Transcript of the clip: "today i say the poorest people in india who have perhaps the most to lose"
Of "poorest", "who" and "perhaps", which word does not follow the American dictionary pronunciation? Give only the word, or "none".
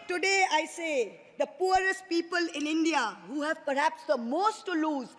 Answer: none